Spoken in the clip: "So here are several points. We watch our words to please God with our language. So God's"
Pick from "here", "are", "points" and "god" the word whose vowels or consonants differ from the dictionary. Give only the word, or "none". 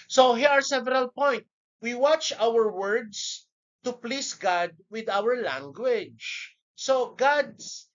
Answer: points